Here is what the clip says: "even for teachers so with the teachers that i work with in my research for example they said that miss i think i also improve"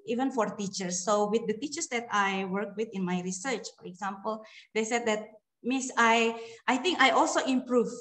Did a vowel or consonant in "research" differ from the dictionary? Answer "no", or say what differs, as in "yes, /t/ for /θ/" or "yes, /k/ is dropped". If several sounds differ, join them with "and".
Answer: no